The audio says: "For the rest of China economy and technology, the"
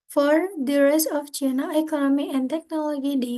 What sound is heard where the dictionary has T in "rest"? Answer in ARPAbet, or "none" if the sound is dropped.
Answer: none